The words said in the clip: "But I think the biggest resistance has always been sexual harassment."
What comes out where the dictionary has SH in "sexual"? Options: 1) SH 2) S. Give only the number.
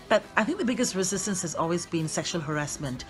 1